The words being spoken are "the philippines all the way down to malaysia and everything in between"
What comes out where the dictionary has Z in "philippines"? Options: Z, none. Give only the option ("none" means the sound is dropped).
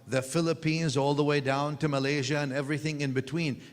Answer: Z